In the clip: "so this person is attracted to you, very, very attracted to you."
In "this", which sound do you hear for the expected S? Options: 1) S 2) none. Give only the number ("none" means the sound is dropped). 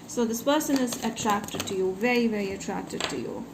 1